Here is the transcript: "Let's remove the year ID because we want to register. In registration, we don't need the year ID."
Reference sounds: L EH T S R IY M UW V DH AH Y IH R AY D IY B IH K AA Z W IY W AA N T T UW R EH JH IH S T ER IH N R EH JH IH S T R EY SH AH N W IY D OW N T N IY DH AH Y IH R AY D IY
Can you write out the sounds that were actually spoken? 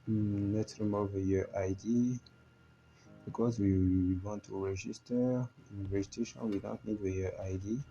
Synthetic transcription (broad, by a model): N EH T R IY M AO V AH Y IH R AY D IY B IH K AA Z W IY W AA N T T UW R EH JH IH S T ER IH N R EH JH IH T EY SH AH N W IY D OW N T N IY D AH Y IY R AY D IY